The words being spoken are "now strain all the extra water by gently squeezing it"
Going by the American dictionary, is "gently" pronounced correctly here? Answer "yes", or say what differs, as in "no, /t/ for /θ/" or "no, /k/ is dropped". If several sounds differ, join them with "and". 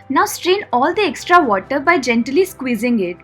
yes